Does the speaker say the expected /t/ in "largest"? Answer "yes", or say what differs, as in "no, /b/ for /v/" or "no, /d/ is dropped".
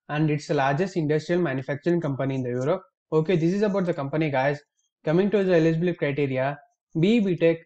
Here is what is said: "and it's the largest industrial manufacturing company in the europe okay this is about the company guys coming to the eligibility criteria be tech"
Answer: yes